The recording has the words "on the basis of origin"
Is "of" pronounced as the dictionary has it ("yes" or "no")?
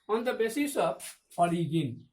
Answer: no